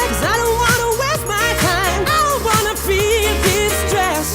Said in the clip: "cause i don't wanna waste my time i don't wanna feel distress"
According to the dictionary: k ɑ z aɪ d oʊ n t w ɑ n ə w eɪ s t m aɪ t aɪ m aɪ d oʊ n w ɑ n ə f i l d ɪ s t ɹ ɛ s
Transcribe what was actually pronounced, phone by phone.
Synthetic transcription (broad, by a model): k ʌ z aɪ d oʊ n t w ɑ n ə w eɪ t m aɪ t aɪ m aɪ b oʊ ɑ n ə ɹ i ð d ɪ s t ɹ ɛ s